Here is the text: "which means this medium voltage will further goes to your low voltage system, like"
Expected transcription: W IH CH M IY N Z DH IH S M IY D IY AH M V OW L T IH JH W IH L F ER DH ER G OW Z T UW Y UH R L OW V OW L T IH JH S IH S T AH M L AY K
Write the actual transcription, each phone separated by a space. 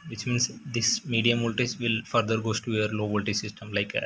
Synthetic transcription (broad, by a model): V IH CH M IY N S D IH S M IY D IY AH M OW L T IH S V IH L F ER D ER G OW S T UW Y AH R L OW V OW L T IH S IH S T AH M L AY K